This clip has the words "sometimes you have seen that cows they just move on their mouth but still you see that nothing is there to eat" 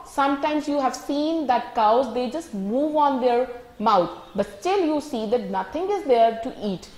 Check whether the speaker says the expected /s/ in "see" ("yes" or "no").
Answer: yes